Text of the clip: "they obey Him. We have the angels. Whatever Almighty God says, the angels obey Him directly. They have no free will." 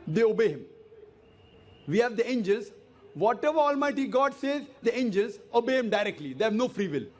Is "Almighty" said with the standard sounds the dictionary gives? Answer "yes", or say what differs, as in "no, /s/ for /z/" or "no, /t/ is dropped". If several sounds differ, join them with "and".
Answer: yes